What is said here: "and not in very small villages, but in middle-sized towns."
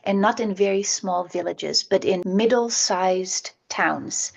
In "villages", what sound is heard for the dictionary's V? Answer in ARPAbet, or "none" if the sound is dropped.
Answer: V